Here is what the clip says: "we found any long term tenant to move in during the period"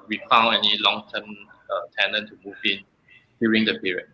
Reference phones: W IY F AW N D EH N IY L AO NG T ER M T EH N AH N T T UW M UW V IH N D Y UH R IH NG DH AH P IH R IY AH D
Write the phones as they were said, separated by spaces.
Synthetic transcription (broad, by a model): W IY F AW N EH N IY L AO NG T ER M T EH N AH N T T UW M UW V IH N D Y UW R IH NG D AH P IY R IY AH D